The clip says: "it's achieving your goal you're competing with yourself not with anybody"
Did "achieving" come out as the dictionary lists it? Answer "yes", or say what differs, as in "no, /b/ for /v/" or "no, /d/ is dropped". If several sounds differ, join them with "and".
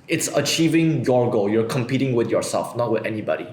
yes